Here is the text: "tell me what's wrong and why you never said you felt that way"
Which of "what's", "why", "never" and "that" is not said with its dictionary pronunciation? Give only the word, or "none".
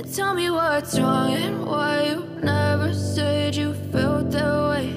what's